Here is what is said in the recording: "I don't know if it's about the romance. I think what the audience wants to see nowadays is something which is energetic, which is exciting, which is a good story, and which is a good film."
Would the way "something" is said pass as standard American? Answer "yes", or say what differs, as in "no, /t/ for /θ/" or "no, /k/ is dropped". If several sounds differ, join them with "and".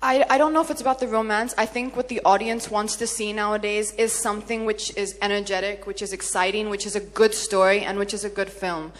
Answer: yes